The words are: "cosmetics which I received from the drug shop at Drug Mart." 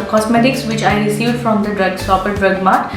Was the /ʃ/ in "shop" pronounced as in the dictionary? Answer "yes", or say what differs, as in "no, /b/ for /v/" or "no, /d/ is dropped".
no, /s/ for /ʃ/